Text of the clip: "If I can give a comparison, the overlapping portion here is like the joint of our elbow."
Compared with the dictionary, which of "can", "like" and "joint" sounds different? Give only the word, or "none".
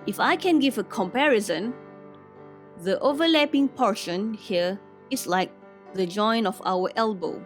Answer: joint